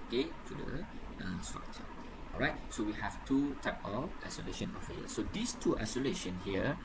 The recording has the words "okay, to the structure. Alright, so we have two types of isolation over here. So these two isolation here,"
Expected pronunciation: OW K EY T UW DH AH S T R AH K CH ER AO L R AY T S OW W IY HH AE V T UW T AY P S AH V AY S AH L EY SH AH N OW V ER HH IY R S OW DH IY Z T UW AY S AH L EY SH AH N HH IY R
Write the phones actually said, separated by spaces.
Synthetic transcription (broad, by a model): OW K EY T UW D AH S T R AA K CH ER AO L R AY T S OW W IY HH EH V T UW T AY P AH F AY S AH L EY SH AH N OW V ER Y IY S OW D IY S T UW AY S AH L EY SH AH N HH IY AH